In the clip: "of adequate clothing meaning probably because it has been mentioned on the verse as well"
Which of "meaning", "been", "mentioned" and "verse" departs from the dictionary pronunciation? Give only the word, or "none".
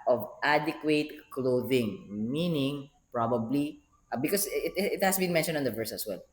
none